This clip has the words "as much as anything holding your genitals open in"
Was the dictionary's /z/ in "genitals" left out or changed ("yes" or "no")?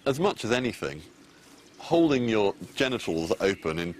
no